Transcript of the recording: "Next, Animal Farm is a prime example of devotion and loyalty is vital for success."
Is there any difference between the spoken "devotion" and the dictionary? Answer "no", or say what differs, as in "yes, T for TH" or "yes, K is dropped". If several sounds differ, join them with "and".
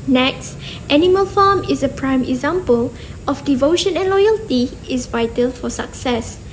no